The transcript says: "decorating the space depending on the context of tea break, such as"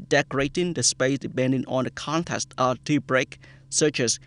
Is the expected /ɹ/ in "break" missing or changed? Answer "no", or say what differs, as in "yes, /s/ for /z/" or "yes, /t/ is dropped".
no